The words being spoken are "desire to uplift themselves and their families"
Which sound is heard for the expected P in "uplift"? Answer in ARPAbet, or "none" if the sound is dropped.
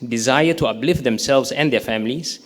B